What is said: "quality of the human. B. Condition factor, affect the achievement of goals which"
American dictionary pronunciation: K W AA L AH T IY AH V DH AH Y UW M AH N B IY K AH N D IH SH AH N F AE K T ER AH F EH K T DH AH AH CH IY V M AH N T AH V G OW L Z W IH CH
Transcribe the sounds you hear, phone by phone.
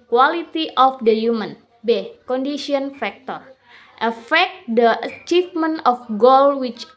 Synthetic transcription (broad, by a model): K W AA L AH T IY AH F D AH Y UW M AH N B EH K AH N D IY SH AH N F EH K T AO AH F EH K T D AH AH CH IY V M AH N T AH F G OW L W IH CH